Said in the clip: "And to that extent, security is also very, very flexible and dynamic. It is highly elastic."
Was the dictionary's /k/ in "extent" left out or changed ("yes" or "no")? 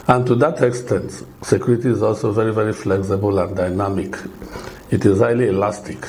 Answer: no